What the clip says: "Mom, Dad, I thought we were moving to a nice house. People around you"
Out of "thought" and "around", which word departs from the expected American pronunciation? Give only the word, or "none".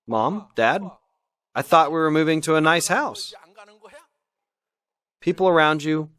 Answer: none